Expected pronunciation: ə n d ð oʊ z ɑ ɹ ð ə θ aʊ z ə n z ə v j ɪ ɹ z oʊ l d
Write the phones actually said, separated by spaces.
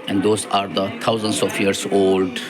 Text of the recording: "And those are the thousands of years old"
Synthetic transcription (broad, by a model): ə n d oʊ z ɑ ɹ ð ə t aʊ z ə n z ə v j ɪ ɹ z oʊ l d